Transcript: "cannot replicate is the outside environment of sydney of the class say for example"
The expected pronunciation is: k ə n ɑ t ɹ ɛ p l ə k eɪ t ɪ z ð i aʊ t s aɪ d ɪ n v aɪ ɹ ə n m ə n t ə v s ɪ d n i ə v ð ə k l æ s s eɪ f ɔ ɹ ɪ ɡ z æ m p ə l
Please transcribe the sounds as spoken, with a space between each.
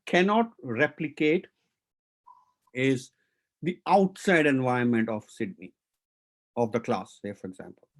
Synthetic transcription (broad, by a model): k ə n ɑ t ɹ ɛ p l ə k eɪ t ɪ z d i aʊ t s aɪ d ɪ n v aɪ ə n m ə n t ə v s ɪ d n i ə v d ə k l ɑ s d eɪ f ɔ ɹ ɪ ɡ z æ m p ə l